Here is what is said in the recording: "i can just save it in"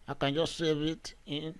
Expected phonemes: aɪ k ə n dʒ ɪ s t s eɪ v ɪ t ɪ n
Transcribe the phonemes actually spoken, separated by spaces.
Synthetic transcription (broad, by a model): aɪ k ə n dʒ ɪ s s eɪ b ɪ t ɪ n